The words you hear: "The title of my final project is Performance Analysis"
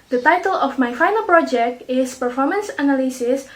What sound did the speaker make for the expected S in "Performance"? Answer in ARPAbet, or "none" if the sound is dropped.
S